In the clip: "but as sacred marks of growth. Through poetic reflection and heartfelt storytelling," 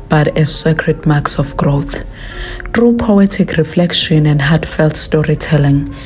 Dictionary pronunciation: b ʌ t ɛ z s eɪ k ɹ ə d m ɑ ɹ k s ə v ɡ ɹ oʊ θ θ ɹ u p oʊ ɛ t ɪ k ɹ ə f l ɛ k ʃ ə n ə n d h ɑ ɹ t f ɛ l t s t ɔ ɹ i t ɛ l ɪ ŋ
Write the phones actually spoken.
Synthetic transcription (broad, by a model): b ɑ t ɛ z s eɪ k ɹ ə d m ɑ k s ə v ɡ ɹ oʊ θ t ɹ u p oʊ ɛ t ɪ k ɹ ə f l ɛ k ʃ ə n ə n d h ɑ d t f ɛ l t s t ɔ ɹ i t ɛ l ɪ ŋ